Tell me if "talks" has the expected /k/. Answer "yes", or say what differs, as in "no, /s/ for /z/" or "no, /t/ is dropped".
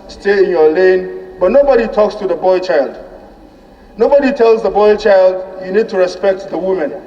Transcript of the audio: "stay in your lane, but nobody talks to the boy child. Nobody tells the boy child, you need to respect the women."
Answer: yes